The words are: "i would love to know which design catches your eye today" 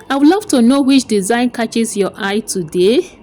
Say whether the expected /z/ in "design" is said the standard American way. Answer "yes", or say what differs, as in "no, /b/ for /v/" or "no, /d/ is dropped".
yes